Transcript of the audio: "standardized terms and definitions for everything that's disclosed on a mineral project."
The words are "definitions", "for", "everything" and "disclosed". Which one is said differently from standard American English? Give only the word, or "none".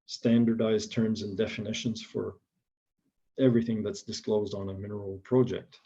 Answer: none